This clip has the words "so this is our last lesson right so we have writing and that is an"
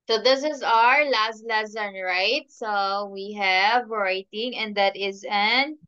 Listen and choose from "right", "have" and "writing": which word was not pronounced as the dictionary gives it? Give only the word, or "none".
none